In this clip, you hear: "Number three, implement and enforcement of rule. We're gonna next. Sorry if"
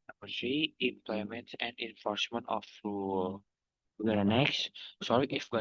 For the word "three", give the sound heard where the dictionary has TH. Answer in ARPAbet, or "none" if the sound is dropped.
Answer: S